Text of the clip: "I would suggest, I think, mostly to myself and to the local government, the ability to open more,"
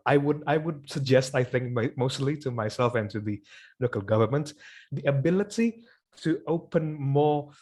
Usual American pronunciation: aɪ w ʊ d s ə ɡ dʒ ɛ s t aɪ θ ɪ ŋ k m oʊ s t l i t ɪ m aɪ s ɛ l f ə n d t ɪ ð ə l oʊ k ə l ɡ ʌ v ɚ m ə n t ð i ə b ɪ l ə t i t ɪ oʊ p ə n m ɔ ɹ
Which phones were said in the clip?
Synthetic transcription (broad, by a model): aɪ w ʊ d s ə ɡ dʒ ɛ s t aɪ θ ɪ ŋ k m oʊ s t l i t ɪ m aɪ s ɛ l f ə n t ɪ ð ə l oʊ k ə l ɡ ʌ v ɚ m ə n t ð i ə b ɪ l ə t i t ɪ oʊ p ə n m ɔ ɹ